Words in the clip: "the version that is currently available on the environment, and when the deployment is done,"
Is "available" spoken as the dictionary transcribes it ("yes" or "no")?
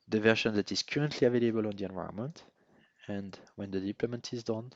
yes